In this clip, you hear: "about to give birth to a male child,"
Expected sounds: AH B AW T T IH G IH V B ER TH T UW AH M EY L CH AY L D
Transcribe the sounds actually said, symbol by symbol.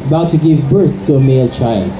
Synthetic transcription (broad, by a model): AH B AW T T IH G IH V B ER TH T UW AH M EY L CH AY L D